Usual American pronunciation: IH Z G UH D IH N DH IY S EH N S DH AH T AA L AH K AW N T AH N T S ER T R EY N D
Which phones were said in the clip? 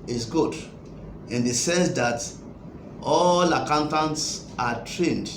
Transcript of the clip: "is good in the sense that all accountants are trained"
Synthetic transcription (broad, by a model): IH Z G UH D IH N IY S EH S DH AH T AA L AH K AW N T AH N T S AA T R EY N D